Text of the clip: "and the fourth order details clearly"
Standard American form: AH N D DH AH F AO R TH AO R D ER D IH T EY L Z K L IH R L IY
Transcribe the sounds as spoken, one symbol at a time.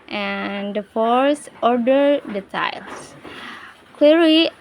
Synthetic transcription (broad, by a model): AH N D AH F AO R S AO R D ER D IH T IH L S K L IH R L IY